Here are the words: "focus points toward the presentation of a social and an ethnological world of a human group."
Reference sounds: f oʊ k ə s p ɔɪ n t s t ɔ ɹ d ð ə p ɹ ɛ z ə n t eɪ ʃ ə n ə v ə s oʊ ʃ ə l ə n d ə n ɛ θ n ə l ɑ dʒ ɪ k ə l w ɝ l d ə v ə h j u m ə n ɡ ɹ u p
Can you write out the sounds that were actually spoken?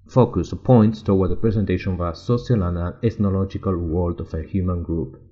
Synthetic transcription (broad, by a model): f oʊ k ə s p ɔɪ n t s t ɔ w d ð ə p ɹ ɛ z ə n t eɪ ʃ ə n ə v ə s oʊ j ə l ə n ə l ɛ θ n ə l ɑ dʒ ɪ k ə l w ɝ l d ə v ə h j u m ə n ɡ ɹ u p